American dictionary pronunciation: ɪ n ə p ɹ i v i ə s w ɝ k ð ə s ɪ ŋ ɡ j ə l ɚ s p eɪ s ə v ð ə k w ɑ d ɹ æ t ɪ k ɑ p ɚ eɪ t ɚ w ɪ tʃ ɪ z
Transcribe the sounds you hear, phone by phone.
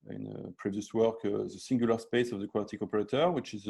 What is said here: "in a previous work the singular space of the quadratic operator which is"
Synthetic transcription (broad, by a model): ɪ n ə p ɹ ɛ v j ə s w ɝ k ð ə s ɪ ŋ ɡ j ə l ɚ s p eɪ s ə v ð ə k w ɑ t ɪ k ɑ p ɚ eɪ t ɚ w ɪ tʃ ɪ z